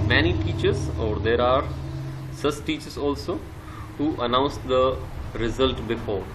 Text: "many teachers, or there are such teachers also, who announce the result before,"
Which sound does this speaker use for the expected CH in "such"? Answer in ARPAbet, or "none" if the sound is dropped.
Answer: S